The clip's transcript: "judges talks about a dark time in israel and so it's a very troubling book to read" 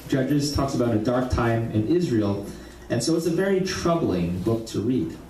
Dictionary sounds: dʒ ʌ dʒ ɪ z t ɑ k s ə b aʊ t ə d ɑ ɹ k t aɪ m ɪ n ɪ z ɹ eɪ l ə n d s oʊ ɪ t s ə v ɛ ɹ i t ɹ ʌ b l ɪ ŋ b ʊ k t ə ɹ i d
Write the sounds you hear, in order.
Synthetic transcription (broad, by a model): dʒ ʌ dʒ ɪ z t ɑ k s ə b aʊ t ə d ɑ ɹ k t aɪ m ɪ n ɪ z ɹ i l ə n s oʊ ɪ t s ə v ɛ ɹ i t ɹ ʌ b l ɪ ŋ b ʊ k t ə ɹ i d